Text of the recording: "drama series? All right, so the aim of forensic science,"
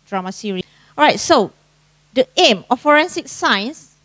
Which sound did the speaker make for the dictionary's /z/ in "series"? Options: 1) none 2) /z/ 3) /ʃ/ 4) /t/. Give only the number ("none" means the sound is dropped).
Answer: 1